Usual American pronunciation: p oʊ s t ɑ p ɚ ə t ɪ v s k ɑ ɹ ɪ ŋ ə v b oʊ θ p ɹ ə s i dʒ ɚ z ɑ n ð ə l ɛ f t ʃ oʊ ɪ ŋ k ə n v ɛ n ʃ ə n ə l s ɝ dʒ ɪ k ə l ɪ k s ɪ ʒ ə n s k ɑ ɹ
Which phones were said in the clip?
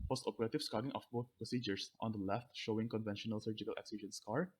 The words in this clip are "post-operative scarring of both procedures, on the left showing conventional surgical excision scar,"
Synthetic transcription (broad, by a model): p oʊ s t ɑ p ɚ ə t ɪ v s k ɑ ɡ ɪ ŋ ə f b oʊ t p ɹ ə s i dʒ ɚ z ɑ n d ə l ɛ f t ʃ oʊ ɪ ŋ k ə n v ɛ n ʃ ə n ə l s ɝ dʒ ɪ k ə l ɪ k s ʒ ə n s k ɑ ɹ